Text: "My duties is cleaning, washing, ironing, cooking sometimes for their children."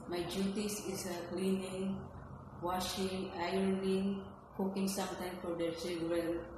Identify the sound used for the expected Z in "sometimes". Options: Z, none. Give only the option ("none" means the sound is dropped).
none